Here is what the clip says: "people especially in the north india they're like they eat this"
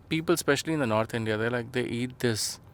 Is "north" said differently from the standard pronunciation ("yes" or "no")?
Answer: yes